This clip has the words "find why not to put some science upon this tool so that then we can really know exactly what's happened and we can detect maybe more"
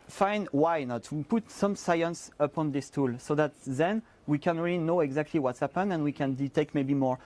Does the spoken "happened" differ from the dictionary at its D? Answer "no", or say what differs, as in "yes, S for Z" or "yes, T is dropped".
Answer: yes, D is dropped